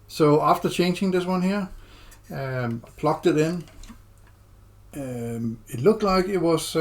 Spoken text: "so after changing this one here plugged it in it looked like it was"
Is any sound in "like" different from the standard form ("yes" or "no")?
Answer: no